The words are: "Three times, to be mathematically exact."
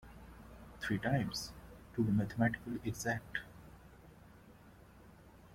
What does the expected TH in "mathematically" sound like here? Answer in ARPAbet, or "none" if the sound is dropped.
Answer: T